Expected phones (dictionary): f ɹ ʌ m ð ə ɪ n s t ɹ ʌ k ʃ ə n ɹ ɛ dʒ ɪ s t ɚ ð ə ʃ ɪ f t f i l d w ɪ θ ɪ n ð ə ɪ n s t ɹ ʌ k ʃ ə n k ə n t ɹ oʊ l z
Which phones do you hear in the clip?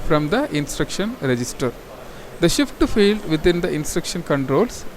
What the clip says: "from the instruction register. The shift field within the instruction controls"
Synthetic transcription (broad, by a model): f ɹ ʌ m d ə ɪ n s t ɹ ʌ k ʃ ə n ɹ ɛ dʒ ɪ s t ɚ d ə ʃ ɪ f t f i l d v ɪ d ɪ n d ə ɪ n s t ɹ ʌ k ʃ ə n k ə n t ɹ oʊ l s